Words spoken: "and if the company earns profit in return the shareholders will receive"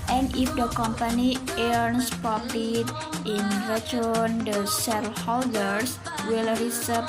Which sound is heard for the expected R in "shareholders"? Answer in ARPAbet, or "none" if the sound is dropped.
L